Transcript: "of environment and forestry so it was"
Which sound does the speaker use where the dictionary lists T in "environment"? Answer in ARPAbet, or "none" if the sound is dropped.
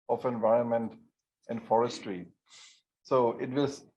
T